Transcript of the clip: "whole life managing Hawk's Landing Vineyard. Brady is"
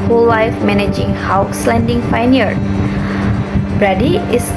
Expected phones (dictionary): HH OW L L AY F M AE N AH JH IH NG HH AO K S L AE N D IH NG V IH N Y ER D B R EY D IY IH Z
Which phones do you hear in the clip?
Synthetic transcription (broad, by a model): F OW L L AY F M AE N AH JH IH NG HH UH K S L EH N D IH NG F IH N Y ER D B R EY D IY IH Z